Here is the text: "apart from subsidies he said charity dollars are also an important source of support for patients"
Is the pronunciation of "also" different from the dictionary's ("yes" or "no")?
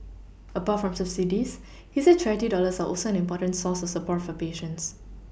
no